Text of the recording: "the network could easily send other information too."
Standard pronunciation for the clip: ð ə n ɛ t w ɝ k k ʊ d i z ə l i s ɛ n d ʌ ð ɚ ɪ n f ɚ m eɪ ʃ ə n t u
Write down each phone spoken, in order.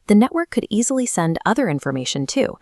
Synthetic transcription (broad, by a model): ð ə n ɛ t w ɝ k k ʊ d i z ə l i s ɛ n d ʌ ð ɚ ɪ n f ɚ m eɪ ʃ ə n t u